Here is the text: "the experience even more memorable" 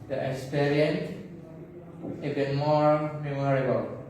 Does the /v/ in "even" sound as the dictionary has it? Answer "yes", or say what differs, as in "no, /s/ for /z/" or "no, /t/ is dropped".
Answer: no, /b/ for /v/